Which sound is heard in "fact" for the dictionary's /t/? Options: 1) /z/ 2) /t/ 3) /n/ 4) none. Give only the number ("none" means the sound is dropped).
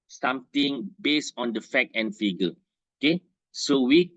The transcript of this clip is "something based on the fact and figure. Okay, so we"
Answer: 4